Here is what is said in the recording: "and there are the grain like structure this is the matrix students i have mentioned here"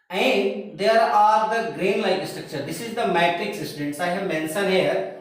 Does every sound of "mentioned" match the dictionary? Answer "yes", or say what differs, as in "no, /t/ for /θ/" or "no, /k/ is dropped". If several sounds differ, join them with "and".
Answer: no, /s/ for /ʃ/